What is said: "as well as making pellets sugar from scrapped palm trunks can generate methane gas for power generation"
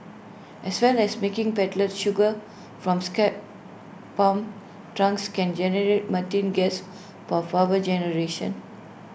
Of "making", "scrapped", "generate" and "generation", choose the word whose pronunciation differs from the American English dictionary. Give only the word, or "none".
scrapped